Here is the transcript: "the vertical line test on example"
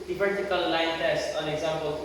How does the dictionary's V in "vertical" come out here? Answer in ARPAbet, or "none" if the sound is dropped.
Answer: P